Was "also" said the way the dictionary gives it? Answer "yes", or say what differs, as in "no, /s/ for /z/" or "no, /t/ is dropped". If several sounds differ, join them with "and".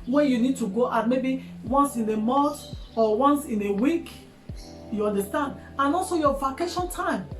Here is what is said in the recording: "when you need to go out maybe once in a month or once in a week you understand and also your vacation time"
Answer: yes